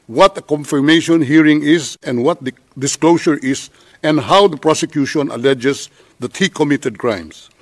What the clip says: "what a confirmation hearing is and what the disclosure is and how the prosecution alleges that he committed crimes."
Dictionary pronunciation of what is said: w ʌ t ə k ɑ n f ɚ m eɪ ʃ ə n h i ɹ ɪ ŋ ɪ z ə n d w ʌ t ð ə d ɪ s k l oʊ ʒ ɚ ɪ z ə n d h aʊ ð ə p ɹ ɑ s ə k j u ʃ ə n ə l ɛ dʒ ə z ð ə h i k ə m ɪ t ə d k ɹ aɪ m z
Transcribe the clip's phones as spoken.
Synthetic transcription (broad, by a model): w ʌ t ə k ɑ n f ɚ m eɪ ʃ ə n h i ɹ ɪ ŋ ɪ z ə n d w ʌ t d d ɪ s k l oʊ s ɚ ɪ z ə n d h aʊ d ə p ɹ ɑ s ə k j u ʃ ə n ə l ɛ dʒ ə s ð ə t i k ə m ɪ t ə d k ɹ aɪ m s